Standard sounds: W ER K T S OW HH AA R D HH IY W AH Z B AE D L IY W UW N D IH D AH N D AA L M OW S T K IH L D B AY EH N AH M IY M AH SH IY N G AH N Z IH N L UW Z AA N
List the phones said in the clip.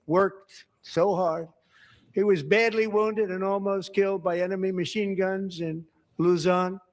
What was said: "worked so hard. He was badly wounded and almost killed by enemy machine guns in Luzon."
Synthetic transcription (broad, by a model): W ER K T S OW HH AA R D HH IY W AH Z B AE D L IY W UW N D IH D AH N AA L M OW S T K IH L D B AY EH N AH M IY M AH SH IY N G AH N Z IH N L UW Z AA N